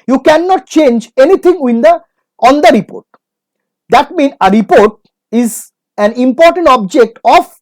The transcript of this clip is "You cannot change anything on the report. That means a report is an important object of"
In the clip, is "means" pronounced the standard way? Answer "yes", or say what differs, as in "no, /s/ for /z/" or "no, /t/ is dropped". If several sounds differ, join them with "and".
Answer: no, /z/ is dropped